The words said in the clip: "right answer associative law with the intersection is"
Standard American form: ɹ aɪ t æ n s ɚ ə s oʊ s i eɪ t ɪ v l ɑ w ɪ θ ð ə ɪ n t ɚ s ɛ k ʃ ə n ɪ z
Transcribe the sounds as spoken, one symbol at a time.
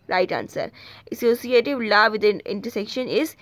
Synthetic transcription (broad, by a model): ɹ aɪ t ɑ n s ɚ ə s oʊ s i eɪ t ɪ v l ɑ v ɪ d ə ɪ n t ɚ s ɛ k ʃ ə n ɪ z